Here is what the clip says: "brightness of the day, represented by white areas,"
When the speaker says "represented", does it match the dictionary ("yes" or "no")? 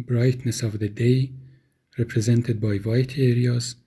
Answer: yes